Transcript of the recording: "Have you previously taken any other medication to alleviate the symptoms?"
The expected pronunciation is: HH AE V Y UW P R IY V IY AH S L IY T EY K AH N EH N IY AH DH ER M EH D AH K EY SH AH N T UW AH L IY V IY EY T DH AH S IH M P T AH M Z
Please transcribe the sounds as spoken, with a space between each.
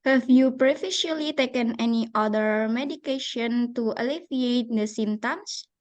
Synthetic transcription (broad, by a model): HH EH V Y UW P R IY F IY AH L IY T EY K AH N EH N IY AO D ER M EH D AH K EY SH AH N T UW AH L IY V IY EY T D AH S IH M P T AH M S